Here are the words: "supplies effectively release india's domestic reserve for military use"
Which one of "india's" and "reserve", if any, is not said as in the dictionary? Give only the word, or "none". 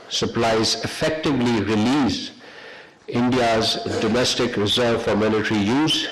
none